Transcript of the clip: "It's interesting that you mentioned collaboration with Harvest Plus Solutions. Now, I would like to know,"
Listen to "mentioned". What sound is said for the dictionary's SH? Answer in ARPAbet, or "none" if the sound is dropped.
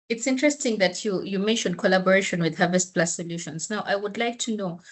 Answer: SH